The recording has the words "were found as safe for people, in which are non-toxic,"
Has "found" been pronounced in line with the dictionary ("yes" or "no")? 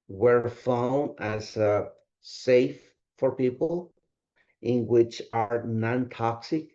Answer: no